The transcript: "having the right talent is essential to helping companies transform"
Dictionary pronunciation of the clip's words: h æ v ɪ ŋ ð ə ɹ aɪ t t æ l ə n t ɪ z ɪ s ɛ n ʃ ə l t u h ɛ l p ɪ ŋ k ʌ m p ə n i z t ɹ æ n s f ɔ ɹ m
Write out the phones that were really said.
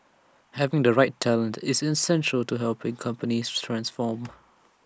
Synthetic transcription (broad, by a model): h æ v ɪ ŋ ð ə ɹ aɪ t t æ l ə n t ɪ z ɪ s ɛ n ʃ ə l t u h ɛ l p ɪ ŋ k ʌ m p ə n i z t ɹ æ n s f ɔ m